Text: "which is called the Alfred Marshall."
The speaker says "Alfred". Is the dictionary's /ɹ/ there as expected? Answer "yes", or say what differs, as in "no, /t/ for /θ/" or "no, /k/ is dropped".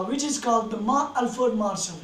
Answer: no, /ɹ/ is dropped